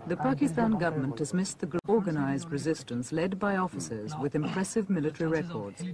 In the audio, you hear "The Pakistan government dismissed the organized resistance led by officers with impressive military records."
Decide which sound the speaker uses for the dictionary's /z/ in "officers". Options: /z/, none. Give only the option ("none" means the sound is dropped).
/z/